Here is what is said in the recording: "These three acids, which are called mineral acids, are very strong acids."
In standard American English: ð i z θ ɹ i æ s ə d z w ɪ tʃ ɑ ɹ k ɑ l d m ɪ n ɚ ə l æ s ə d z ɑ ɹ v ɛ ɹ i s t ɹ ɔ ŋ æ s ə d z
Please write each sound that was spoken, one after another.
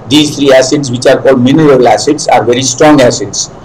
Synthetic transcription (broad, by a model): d i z t ɹ i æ s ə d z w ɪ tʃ ɑ ɹ k ɑ l d m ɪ n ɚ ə l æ s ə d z ɑ ɹ v ɛ ɹ i s t ɹ ɔ ŋ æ s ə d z